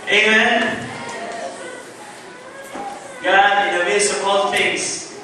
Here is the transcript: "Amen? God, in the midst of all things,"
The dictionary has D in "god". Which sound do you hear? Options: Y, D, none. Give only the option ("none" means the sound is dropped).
none